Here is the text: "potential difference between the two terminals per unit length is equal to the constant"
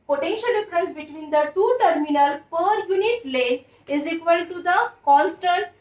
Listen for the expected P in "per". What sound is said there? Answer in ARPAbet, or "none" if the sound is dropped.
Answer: P